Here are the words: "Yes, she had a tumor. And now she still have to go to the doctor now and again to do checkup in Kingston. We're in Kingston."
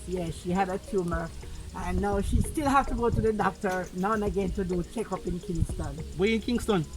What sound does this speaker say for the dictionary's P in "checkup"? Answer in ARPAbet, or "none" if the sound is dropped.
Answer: P